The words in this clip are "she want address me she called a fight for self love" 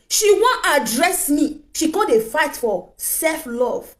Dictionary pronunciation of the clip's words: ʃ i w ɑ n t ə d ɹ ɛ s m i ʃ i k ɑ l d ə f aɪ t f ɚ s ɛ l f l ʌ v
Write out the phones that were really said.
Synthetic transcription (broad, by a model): ʃ i w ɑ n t ə d ɹ ɛ s m i ʃ i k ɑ d ə f aɪ t f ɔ s ɛ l f l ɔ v